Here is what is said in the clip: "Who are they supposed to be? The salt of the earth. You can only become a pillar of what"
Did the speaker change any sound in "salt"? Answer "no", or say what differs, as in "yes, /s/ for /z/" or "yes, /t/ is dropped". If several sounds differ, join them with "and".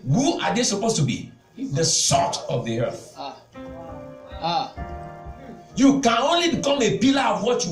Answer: yes, /l/ is dropped